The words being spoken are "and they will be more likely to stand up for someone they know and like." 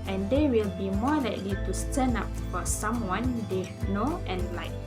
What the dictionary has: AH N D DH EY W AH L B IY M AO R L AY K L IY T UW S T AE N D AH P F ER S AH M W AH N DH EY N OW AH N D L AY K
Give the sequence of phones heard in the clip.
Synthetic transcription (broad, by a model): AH N D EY W AH L B IY M AO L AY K L IY T UW S T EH N AA P F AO S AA M W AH N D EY N OW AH N L AY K